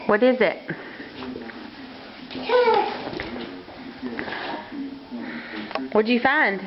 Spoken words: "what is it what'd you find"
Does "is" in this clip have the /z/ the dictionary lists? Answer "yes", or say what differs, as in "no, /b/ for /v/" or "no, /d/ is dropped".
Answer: yes